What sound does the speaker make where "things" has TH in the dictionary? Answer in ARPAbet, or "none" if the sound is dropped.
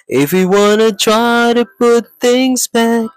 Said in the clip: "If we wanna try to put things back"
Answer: TH